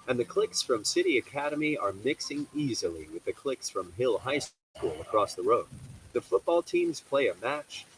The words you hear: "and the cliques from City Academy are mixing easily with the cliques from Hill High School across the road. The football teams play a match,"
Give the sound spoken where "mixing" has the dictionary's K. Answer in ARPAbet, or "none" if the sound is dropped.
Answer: K